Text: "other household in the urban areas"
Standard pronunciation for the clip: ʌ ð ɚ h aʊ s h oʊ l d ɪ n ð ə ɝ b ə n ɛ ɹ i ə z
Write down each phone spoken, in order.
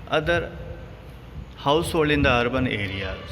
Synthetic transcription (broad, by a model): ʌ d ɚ h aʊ s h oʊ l ɪ n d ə ɝ b ə n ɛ ɹ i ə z